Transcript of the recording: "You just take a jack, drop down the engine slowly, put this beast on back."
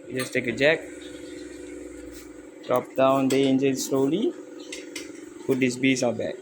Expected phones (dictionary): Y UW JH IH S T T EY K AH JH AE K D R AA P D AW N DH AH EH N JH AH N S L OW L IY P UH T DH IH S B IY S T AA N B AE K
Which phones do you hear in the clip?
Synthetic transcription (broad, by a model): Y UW JH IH S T T EY K AH JH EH K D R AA P D AW N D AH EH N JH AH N S L OW L IY P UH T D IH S B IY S AA B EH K